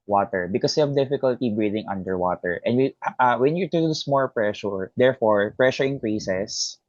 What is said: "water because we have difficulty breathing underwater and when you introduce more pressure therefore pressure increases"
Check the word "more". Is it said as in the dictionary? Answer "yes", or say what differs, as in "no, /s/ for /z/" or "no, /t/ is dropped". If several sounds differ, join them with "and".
no, /l/ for /ɹ/